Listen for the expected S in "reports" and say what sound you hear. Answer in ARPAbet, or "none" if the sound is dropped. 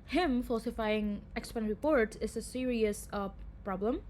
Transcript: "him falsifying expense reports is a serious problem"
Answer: none